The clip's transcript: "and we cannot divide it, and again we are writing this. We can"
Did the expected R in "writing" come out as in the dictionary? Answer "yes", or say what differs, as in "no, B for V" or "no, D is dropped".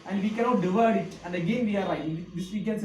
no, L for R